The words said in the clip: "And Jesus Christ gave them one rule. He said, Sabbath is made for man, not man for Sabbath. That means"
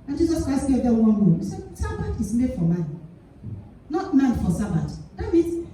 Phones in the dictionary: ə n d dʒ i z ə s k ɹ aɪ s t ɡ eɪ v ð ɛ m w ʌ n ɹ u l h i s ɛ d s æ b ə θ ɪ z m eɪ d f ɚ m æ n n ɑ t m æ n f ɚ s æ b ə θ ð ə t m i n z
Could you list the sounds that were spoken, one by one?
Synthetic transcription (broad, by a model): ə n dʒ i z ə s k ɹ aɪ s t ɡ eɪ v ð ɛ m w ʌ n w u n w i s ɛ d s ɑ b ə t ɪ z m eɪ d f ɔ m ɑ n n ɑ t m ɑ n f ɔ s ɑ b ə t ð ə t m i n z